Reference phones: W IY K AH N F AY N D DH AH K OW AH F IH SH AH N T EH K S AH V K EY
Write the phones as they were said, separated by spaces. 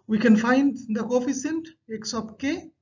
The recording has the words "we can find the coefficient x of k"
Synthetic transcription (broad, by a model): W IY K AH N F AY N D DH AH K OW F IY S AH N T EH K S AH P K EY